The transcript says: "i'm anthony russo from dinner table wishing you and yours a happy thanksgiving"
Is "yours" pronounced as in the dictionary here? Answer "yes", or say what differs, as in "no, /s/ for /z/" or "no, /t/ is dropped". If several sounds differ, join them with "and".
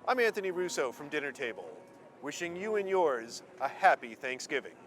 yes